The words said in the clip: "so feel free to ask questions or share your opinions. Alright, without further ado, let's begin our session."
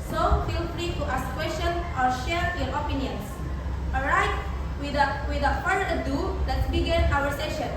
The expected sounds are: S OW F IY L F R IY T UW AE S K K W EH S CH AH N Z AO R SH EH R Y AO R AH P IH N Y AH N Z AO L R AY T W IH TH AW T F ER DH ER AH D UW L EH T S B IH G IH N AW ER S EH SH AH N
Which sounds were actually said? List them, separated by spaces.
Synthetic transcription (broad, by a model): S OW F IY L F R IY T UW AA S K K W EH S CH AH N AO R SH EH R Y AO R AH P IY N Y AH N S AO L R AY T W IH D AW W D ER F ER AH D UW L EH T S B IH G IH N AW ER S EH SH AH N